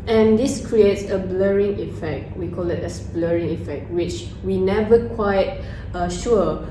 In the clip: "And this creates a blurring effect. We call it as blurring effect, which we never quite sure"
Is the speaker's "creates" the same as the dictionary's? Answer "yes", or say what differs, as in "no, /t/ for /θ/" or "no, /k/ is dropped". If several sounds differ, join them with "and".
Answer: yes